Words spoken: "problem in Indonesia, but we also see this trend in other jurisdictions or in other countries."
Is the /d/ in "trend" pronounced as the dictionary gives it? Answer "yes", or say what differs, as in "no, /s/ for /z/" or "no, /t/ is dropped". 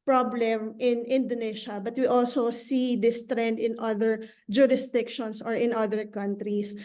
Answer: yes